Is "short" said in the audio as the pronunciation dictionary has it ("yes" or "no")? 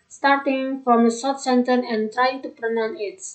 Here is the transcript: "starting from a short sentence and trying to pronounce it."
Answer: no